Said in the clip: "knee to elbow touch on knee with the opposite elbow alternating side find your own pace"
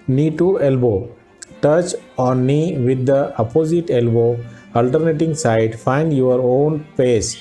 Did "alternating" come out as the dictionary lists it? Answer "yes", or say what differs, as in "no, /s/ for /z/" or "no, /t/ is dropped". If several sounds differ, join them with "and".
yes